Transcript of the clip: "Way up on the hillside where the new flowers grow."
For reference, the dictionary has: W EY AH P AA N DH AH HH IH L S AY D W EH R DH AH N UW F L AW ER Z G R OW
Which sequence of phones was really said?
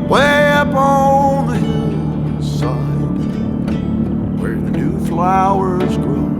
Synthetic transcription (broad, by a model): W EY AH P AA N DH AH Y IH S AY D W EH R DH AH N UW F L AW ER Z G R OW